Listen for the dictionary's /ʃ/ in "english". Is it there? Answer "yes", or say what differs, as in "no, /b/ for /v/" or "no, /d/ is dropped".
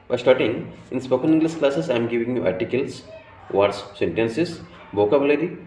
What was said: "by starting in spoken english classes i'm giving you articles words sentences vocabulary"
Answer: no, /s/ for /ʃ/